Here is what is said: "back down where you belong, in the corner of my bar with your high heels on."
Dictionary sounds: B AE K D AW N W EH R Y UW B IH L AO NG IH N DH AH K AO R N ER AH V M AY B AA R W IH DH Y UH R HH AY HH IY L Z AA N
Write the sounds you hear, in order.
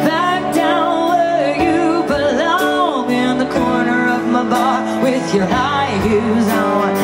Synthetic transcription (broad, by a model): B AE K D AW N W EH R Y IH B IH L AO NG IH N DH AH K AO R N ER AH V M AY B AA R W IH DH Y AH R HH AY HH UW Z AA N